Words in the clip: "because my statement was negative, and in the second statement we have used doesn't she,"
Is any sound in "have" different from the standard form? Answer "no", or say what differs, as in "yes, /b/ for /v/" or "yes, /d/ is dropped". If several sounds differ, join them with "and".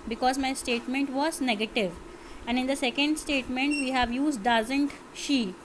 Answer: no